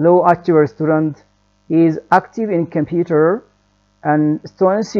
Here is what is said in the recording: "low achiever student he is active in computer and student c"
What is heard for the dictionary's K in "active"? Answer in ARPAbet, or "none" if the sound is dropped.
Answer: K